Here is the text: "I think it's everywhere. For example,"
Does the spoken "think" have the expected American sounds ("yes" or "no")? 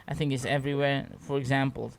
yes